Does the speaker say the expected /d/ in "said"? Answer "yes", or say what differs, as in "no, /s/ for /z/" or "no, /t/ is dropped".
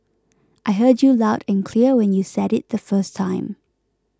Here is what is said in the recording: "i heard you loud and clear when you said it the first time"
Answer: yes